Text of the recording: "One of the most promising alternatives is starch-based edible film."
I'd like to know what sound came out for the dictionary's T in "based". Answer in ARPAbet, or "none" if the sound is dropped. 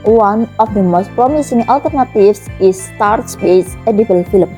none